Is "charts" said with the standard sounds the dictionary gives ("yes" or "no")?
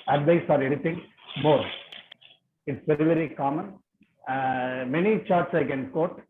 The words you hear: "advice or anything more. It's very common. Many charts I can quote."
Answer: yes